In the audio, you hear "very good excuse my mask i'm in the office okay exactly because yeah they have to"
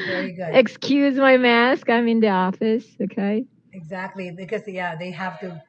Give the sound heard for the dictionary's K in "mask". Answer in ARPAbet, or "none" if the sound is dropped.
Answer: K